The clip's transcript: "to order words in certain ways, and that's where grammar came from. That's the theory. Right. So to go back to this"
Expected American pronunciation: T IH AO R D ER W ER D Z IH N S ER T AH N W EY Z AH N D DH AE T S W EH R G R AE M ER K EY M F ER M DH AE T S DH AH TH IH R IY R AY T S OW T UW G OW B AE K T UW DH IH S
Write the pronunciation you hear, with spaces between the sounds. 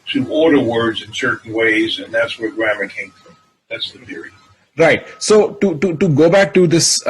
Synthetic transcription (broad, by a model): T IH AO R D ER W ER D Z IH N S ER T N W EY Z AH N DH AE T S W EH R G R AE M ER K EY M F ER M DH AE T S DH AH TH IH R IY R AY T S OW T UW G OW B AE K T UW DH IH S